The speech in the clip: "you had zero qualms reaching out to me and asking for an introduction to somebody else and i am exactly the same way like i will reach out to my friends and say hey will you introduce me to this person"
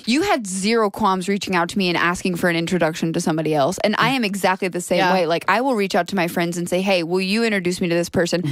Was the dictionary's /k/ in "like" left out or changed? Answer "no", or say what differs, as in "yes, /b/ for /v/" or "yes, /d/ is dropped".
no